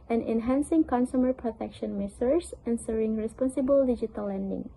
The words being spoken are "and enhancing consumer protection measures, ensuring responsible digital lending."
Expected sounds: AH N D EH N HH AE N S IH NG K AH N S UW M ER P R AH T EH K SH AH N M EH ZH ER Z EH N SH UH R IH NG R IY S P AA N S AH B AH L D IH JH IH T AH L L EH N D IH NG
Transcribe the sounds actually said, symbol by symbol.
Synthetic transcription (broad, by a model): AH N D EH N HH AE N S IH NG K AH N S UW M ER P R AH T EH K SH AH N M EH S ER S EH N S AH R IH NG R IY S P AA N S AH B AH L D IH JH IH T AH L L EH N D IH NG